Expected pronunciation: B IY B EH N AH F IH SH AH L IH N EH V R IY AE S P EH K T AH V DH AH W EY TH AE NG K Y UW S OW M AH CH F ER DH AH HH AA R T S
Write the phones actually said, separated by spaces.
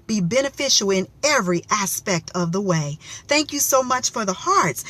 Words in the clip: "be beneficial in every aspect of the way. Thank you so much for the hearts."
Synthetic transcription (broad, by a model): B IY B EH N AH F IH SH L IH N EH V R IY AE S P EH K T AH V DH AH W EY TH AE NG K Y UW S OW M AH CH F ER DH AH HH AA R T S